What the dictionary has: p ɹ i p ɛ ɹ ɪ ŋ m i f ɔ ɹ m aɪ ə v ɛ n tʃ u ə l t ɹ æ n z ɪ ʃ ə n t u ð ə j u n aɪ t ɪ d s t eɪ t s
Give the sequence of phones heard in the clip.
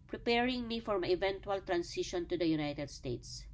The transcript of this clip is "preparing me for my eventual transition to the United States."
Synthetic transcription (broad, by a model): p ɹ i p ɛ ɹ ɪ ŋ m i f ɔ ɹ m aɪ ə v ɛ n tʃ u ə l t ɹ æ n s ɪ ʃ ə n t u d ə j u n aɪ t ɪ d s t eɪ t s